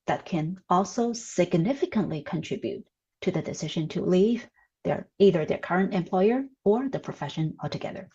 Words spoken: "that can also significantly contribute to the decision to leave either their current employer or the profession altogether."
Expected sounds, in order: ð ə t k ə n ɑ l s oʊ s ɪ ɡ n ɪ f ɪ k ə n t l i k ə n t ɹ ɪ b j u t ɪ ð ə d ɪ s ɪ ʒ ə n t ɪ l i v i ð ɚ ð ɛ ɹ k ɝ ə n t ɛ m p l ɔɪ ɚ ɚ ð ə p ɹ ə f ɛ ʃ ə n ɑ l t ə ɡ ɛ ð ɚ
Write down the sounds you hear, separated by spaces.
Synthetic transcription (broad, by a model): ð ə t k ə n ɑ l s oʊ s ɪ ɡ n ɪ f ɪ k ə n t l i k ə n t ɹ ɪ b j u t ɪ ð ə d ɪ s ɪ ʒ ə n t ɪ l i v i ð ɚ ð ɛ ɹ k ɝ ə n t ɛ m p l ɔɪ ɚ ɚ ð ə p ɹ ə f ɛ ʃ ə n ɑ l t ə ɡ ɛ ð ɚ